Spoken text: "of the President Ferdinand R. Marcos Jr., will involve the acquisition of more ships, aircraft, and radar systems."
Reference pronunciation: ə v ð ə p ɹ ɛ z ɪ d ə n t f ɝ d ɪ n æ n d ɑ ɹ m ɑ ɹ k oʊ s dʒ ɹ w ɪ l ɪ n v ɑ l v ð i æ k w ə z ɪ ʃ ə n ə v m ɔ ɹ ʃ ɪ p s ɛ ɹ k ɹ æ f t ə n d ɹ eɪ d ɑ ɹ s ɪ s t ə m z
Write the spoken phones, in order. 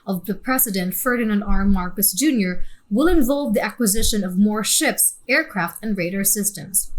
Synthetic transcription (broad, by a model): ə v ð ə p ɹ ɛ s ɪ d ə n t f ɝ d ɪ n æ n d ɑ ɹ m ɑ ɹ k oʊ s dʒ ɹ w ɪ l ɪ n v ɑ l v ð i æ k w ə z ɪ ʃ ə n ə v m ɔ ɹ ʃ ɪ p s ɛ ɹ k ɹ æ f t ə n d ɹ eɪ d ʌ ɹ s ɪ s t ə m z